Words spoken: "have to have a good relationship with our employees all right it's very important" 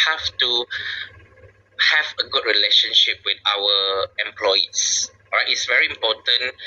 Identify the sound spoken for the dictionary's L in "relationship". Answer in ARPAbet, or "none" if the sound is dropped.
L